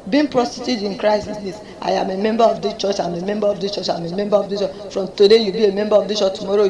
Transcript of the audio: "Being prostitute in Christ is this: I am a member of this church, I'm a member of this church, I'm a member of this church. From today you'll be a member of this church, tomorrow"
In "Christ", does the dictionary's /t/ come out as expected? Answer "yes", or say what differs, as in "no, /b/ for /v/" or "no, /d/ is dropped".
no, /t/ is dropped